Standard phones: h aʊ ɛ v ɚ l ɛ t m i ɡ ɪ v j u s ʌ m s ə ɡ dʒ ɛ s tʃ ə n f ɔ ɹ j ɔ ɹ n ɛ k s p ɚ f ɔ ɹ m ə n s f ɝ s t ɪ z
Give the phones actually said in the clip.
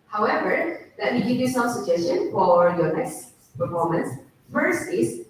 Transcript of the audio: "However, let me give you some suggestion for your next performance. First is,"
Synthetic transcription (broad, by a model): h aʊ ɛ v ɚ l ɛ t m i ɡ ɪ v j u s ʌ m s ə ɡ dʒ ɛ s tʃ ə n f ɔ ɹ j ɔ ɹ n ɛ k s p ɚ f ɔ ɹ m ə n s f ɝ s t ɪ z